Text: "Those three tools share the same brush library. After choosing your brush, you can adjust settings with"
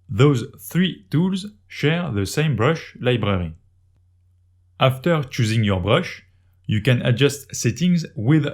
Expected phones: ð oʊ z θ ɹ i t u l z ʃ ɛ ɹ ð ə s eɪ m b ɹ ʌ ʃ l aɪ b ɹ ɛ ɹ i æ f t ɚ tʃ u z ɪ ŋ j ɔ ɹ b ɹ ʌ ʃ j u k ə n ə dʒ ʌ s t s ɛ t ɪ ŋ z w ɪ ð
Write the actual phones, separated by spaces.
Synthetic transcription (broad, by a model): ð oʊ z θ ɹ i t u l z ʃ ɛ ɹ ð ə s eɪ m b ɹ ʌ ʃ l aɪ b ɹ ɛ ɹ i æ f t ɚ tʃ u z ɪ ŋ j ɔ ɹ b ɹ ʌ ʃ j u k ə n ə dʒ ʌ s t s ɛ t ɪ ŋ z w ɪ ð